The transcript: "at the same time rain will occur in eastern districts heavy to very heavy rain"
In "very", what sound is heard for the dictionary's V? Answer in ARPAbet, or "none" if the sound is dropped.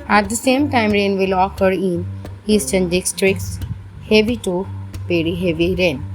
P